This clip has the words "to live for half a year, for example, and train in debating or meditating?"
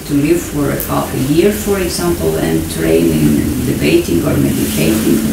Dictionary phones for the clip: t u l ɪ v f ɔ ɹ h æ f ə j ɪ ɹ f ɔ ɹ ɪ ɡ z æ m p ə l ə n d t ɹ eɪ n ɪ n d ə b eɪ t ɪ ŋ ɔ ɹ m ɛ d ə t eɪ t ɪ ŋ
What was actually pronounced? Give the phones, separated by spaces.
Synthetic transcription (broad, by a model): t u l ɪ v f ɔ ɹ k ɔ p ə j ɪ ɹ f ɔ ɹ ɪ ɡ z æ m p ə l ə n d t ɹ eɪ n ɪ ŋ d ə b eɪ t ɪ ŋ ɔ ɹ m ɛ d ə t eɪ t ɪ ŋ